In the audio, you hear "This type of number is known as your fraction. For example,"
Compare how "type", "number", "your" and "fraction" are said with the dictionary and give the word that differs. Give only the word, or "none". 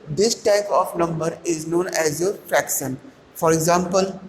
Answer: none